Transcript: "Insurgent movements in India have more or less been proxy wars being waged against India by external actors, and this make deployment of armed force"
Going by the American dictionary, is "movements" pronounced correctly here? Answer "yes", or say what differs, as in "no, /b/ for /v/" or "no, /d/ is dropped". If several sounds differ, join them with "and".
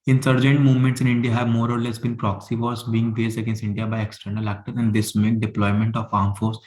yes